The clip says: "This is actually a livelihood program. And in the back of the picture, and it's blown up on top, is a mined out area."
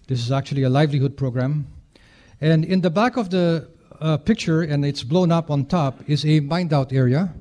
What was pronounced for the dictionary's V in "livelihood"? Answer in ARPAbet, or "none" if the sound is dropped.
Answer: V